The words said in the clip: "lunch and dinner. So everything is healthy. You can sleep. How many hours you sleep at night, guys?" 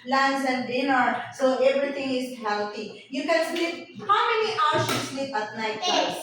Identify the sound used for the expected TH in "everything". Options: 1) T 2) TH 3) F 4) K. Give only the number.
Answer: 1